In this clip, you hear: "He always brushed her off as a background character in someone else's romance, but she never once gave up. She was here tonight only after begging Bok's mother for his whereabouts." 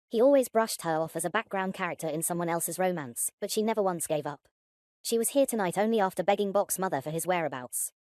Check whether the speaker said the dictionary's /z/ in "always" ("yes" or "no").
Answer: yes